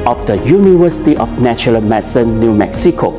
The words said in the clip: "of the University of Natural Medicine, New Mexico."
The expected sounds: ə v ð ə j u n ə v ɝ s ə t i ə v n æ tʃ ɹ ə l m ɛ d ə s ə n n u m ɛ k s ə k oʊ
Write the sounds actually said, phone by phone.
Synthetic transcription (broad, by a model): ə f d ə j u n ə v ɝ s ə t i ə f n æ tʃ ə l m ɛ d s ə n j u m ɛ k s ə k oʊ